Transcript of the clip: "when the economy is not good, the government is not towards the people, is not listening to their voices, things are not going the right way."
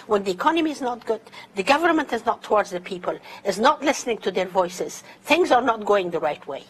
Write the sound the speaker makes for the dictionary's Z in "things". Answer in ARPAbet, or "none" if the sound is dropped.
Z